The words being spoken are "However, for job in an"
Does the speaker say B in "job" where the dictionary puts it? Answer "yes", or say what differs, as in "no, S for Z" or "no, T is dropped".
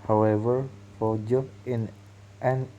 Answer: no, B is dropped